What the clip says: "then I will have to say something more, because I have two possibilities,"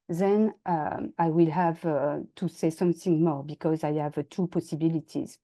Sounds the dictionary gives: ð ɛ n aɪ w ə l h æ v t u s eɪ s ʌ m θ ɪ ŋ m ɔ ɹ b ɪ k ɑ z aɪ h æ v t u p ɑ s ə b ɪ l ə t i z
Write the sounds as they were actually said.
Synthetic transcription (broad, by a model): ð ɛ n aɪ w ə l h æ v t u s eɪ s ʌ m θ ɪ ŋ m ɔ ɹ b ɪ k ɑ z aɪ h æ v t u p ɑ s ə b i l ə t i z